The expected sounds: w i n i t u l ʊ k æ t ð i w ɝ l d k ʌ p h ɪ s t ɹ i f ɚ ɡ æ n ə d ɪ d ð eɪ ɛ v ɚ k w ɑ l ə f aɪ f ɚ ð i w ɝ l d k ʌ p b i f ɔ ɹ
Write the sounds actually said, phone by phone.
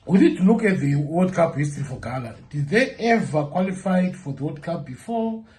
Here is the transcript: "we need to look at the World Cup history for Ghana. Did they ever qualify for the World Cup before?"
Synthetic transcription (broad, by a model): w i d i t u l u k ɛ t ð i w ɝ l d k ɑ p h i s t ɹ i f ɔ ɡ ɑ l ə d ɪ d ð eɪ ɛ v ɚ k w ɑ l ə f aɪ f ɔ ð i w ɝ d k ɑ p b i f ɔ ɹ